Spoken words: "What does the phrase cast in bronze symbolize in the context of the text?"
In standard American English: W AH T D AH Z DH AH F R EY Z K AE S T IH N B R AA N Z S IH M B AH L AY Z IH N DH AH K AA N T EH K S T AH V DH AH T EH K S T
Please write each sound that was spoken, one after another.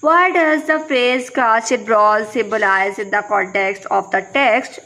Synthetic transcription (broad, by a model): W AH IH D AH Z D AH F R EY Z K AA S IH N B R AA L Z S IH M B AH L AY Z IH N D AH K AA N T EH K S T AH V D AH T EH K S T